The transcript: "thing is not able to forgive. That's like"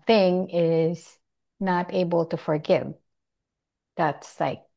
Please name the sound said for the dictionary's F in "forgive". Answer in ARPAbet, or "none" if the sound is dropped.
F